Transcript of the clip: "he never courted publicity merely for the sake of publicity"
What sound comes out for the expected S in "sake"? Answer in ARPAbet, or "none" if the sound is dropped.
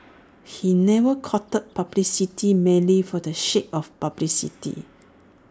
SH